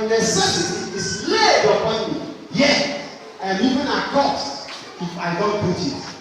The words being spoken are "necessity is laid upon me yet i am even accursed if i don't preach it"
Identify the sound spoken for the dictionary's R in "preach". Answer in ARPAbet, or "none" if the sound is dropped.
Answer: none